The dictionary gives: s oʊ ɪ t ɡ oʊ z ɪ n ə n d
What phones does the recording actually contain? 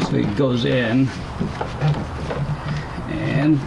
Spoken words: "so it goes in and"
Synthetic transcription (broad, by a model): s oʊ ɪ t ɡ oʊ z ɪ n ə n